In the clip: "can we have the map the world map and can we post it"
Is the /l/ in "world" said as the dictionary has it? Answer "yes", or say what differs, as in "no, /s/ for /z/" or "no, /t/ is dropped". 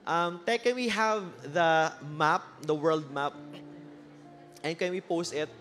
yes